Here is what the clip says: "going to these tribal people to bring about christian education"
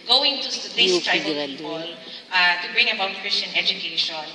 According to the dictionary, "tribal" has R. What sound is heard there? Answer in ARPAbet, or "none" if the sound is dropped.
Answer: none